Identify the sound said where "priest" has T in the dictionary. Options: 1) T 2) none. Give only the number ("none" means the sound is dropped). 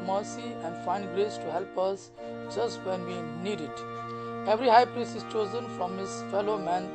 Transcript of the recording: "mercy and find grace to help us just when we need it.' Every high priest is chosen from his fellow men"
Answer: 2